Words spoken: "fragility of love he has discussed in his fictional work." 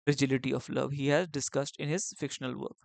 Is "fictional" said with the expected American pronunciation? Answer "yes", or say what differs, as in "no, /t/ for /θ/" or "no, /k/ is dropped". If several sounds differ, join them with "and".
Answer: yes